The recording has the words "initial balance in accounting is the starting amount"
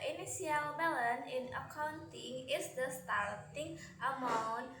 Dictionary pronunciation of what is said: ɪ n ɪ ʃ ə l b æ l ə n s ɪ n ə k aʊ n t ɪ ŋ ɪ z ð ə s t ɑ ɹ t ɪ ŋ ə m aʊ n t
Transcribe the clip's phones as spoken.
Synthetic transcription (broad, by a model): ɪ n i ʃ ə l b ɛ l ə n ɪ n ə k aʊ n t ɪ ŋ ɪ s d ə s t ɑ ɹ t ɪ ŋ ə m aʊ n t